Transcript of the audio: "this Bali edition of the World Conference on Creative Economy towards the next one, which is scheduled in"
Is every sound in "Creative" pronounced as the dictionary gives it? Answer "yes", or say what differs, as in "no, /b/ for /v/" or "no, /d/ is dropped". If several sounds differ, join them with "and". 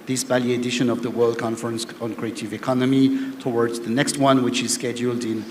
yes